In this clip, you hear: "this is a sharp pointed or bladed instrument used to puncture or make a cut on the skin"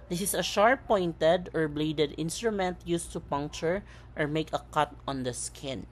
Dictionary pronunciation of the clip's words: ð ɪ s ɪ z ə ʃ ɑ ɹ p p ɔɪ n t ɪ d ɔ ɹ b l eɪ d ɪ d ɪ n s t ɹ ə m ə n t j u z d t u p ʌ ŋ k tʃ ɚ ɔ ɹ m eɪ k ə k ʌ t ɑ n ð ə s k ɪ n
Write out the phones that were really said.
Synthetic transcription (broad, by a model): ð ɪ s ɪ s ə ʃ ɑ ɹ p p ɔɪ n t ɪ d ɔ ɹ b l eɪ d ɪ d ɪ n s t ɹ ə m ə n t j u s t u p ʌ ŋ k tʃ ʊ ɔ ɹ m eɪ k ə k ʌ t ɑ n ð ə s k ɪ n